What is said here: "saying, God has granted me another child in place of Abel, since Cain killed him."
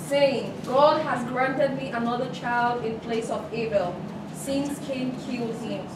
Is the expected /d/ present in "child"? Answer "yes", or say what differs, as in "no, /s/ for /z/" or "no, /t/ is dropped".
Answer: yes